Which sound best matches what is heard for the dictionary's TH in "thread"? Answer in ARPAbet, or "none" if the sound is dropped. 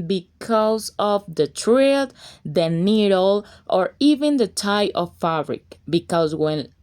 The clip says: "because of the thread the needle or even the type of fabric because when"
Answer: T